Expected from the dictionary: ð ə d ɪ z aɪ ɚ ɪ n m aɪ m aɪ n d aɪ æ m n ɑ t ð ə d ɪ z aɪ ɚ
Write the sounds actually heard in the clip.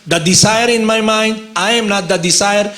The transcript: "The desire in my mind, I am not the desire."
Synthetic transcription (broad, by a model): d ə d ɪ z aɪ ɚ ɪ n m aɪ m aɪ n d aɪ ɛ m n ɑ t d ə d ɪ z aɪ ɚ